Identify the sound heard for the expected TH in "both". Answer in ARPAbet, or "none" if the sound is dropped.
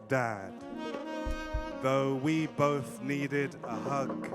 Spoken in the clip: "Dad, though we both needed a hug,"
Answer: TH